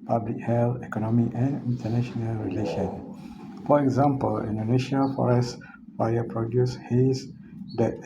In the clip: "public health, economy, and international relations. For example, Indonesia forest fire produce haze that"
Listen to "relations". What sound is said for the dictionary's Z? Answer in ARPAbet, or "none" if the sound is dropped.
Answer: none